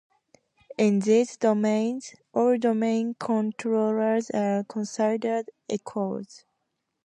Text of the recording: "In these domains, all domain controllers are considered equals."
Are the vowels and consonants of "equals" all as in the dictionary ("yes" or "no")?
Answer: no